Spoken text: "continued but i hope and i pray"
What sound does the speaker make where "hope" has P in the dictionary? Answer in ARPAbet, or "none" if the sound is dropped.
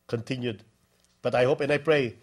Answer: P